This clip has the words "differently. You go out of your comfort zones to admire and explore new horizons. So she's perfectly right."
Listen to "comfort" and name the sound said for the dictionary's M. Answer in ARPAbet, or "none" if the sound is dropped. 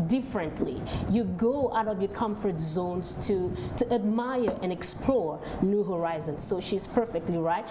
M